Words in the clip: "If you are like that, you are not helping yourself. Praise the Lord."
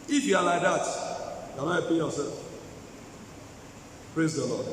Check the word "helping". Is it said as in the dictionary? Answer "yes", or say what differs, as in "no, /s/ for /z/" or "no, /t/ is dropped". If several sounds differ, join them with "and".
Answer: no, /l/ is dropped